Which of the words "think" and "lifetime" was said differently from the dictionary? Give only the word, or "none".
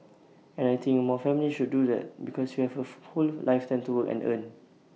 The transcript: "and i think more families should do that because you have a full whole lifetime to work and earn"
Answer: think